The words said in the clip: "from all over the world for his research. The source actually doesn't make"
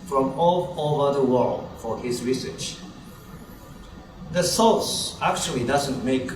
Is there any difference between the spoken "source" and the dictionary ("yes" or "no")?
yes